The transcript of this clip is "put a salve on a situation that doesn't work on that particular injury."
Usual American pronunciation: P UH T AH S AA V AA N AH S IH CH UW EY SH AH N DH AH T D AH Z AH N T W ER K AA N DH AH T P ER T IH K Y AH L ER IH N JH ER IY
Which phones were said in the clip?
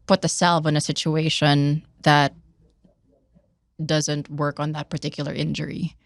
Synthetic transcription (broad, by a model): P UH T AH S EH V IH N AH S IH CH UW EY SH AH N DH AH T D AH Z AH N T W ER K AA N DH AH T P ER T IH K Y L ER IH N JH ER IY